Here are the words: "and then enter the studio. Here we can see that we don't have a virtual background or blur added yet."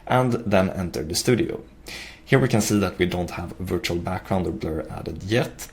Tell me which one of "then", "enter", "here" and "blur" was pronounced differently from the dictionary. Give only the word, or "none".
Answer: none